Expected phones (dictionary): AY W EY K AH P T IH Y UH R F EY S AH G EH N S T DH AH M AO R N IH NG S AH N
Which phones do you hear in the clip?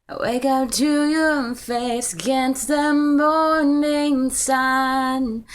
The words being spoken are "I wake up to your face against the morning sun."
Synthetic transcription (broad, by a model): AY W EY K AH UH T IH Y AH R F EY S AH G EH N S T DH AH M AO R N IH NG S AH N